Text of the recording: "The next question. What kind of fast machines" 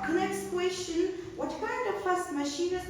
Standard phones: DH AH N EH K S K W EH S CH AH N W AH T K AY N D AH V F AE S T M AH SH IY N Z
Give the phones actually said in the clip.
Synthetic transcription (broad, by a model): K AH N EH K S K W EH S SH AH N W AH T K AY N D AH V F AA S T M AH SH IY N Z